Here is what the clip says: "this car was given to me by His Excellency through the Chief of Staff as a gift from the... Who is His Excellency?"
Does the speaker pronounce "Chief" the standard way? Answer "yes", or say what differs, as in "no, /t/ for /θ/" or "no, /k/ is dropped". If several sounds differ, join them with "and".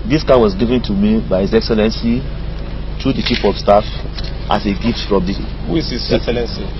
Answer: no, /p/ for /f/